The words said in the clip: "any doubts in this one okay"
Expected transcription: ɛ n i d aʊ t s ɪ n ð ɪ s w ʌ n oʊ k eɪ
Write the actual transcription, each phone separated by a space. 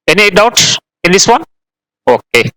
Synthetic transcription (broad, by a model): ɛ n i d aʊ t ɪ n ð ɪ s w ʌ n oʊ k eɪ